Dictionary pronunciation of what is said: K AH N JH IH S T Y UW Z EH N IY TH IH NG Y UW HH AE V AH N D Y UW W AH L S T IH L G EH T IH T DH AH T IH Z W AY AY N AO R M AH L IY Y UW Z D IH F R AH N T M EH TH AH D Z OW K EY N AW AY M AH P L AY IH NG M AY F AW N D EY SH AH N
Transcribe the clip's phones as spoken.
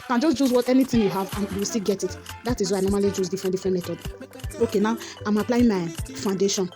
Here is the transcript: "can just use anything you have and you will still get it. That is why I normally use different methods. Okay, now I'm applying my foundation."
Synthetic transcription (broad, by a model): K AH N JH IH S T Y UW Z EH N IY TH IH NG Y UW HH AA V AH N Y UW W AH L S T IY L G EH T IH T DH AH T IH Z W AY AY N AO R M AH L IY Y UW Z D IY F R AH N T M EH T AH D OW K EY N AW AY M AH P L AY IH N M AY F AW N D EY SH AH N